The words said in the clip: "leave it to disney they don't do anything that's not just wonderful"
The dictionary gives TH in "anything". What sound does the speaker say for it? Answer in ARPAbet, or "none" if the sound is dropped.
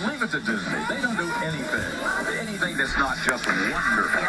TH